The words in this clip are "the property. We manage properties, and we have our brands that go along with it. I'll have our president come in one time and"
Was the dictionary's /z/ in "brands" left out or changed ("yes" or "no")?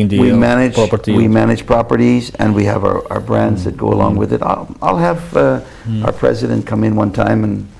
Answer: no